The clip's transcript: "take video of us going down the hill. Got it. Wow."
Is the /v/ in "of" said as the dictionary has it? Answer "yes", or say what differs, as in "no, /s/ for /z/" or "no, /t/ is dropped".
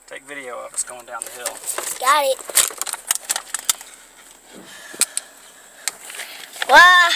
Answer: no, /w/ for /v/